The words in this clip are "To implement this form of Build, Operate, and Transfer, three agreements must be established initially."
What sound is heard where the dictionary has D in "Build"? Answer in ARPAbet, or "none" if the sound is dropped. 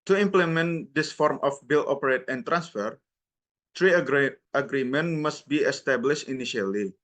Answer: none